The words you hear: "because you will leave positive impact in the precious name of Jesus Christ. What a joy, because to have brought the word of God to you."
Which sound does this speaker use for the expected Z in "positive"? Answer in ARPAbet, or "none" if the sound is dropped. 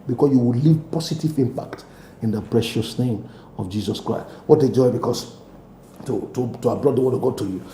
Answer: S